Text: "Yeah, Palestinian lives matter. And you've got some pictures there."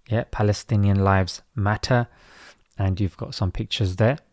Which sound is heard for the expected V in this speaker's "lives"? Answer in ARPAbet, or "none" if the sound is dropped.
V